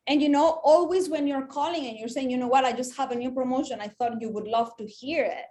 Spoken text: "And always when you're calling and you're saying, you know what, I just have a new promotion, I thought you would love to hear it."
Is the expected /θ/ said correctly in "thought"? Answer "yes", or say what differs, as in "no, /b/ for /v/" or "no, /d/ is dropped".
yes